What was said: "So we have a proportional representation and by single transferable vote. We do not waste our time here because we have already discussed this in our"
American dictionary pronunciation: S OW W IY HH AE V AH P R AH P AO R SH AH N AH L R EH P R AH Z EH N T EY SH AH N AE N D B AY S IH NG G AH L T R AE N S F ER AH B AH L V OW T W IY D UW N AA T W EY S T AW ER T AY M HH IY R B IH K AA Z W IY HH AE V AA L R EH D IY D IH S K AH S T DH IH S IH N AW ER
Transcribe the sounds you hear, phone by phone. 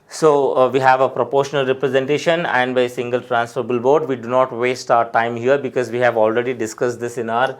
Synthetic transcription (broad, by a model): S OW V IY HH AE V AH P R AH P AO R SH AH N AH L R EH P R AH Z EH N T EY SH AH N AE N D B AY S IH NG G AH L T R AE N S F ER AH B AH L B OW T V IY D UW N AA T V EY S T AW ER T AY M HH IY R B IH K AA Z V IY HH AE V AA L R EH D IY D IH S K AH S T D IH S IH N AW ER